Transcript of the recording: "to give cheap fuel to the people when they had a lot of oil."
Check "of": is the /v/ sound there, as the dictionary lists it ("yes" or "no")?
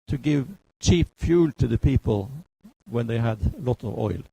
yes